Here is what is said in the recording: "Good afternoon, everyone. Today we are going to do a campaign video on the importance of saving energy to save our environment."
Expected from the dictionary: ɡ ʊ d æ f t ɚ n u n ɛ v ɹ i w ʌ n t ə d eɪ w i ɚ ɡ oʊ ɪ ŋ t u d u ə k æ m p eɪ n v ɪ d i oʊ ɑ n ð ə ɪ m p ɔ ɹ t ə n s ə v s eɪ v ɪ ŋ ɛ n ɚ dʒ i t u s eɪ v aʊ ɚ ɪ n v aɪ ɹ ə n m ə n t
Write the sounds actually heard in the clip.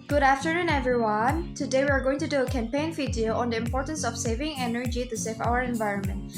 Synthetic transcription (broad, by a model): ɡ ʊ d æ f t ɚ n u n ɛ v ɹ i w ʌ n t ə d eɪ w i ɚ ɡ oʊ ɪ ŋ t u d u ə k æ m p eɪ n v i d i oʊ ɑ n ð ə ɪ m p ɔ ɹ t ə n s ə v s eɪ v ɪ ŋ ɛ n ɚ dʒ i t u s eɪ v aʊ ɚ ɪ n v aɪ ɹ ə n m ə n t